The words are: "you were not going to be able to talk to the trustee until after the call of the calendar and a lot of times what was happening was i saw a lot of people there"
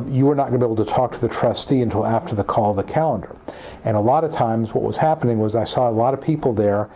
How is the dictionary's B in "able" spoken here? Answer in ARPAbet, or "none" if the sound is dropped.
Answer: none